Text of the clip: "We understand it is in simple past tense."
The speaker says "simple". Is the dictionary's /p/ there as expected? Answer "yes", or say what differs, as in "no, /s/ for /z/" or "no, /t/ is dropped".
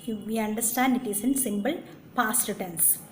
no, /b/ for /p/